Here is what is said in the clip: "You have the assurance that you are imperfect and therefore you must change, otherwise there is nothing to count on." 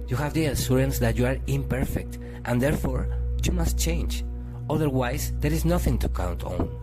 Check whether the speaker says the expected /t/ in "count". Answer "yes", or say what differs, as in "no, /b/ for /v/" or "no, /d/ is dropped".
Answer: yes